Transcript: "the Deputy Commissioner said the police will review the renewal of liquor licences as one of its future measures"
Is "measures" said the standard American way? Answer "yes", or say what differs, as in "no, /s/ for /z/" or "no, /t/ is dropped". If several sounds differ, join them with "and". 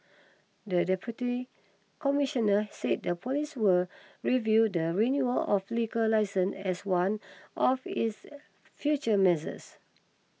no, /z/ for /ʒ/ and /s/ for /z/